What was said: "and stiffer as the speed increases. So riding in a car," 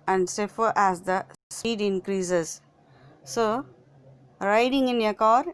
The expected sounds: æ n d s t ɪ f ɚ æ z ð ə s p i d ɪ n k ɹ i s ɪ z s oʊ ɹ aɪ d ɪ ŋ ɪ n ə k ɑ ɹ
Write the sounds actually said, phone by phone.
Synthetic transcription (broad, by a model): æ n d s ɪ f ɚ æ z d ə s i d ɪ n k ɹ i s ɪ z s oʊ ɹ aɪ d ɪ ŋ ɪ n ə k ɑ ɹ